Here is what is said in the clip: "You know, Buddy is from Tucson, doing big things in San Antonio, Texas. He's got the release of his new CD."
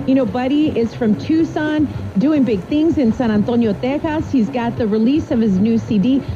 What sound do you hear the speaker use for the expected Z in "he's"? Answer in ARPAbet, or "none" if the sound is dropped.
Z